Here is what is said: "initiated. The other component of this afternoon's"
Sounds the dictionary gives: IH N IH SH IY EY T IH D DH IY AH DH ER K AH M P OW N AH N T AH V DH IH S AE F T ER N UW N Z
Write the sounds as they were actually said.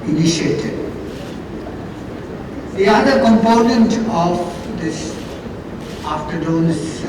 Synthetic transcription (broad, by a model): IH N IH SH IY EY T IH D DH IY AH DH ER K AH M P OW N AH N T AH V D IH S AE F T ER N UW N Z